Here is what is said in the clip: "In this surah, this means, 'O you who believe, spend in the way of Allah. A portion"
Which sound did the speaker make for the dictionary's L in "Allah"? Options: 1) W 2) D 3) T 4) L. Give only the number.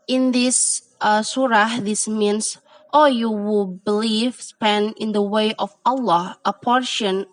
4